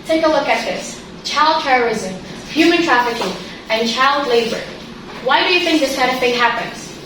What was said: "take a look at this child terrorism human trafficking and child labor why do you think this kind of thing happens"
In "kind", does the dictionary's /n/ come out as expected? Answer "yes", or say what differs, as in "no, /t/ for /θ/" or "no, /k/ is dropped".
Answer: no, /n/ is dropped